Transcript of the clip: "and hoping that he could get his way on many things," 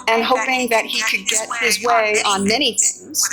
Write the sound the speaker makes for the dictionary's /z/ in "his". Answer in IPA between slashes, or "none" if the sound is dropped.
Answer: /z/